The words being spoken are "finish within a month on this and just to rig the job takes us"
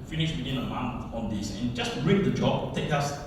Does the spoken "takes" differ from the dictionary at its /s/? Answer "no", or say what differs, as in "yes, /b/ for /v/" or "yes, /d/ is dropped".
yes, /s/ is dropped